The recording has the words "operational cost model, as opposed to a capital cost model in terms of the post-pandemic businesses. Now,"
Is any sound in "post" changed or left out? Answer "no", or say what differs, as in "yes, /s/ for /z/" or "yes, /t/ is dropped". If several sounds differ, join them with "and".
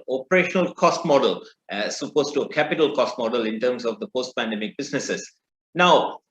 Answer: no